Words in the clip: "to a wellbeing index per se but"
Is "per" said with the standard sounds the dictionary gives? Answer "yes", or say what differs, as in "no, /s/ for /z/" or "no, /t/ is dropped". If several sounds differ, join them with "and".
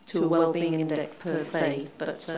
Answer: yes